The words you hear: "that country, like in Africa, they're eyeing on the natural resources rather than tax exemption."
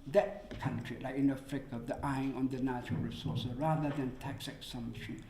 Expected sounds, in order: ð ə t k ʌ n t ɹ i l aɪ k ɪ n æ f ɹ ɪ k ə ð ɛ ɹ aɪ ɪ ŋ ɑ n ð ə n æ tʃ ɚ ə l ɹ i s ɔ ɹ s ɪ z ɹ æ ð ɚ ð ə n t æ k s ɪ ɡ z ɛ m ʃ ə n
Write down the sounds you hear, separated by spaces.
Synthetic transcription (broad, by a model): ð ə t k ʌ n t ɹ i l aɪ k ɪ n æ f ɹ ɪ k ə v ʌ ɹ aɪ ɪ ŋ ɑ n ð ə n æ tʃ ɚ ə l ɹ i s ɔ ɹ s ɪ ɹ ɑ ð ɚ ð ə n t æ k s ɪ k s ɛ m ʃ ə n